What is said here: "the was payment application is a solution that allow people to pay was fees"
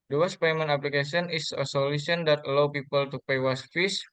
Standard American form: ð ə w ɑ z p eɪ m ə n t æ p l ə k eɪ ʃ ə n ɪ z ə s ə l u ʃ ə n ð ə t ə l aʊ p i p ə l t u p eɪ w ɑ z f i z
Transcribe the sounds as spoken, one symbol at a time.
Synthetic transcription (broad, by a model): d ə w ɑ s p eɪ m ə n ɑ p l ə k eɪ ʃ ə n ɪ s ə s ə l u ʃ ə n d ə t ə l aʊ p i p ə l t u p eɪ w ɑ s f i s